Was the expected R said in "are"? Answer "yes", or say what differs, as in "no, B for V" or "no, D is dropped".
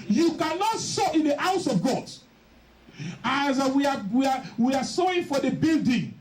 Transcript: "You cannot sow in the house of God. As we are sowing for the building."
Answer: no, W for R